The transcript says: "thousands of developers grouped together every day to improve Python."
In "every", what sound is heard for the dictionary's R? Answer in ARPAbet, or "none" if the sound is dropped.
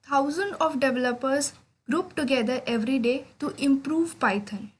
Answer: R